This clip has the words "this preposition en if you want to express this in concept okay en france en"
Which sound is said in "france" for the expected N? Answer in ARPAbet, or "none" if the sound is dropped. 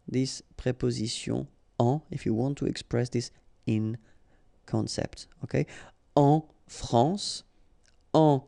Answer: none